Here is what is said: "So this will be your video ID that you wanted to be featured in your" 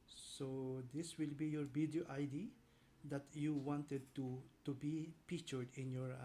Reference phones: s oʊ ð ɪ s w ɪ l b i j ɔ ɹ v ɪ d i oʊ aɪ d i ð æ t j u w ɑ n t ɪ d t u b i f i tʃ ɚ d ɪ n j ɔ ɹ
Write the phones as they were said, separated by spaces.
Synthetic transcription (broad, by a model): s oʊ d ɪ s w ɪ l b i j ɔ ɹ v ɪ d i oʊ aɪ d i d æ t j u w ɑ n t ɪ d t u b i p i tʃ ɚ d ɪ n j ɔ ɹ